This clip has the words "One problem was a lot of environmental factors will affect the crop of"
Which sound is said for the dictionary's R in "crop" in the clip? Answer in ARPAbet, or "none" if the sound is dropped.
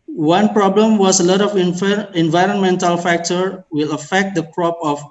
R